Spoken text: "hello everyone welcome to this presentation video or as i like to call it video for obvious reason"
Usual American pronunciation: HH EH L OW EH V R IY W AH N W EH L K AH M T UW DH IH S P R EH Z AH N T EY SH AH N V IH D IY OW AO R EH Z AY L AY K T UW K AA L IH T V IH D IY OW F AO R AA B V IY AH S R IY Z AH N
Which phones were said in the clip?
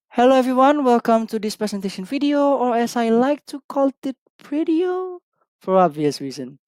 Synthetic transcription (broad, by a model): HH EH L OW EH V R IY W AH N W EH L K AH M T UW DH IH S P R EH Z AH N T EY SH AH N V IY D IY OW AO R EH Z AY L AY K T UW K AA L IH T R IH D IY OW F AO R AA B V IY AH S R IY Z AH N